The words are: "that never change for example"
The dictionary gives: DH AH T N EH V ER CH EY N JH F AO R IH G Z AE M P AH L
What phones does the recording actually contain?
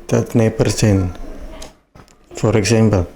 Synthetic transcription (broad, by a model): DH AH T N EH P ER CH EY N F AO R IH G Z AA M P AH L